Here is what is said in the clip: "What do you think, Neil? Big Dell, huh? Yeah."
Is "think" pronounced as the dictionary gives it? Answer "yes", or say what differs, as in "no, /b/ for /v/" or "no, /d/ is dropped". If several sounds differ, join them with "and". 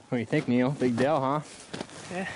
yes